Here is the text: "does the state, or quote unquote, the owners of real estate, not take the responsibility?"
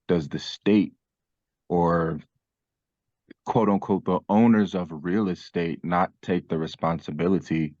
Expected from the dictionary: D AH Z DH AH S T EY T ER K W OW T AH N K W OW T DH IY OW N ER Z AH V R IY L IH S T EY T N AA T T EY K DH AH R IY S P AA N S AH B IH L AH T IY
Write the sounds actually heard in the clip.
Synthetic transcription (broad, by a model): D AH Z DH AH S T EY T ER K W OW T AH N K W OW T DH IY OW N ER Z AH V R IY L IH S T EY T N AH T T EY K DH AH R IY S P AA N S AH B IH L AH T IY